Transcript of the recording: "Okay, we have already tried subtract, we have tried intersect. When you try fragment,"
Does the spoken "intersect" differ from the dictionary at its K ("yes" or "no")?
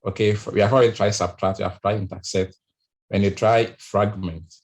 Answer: yes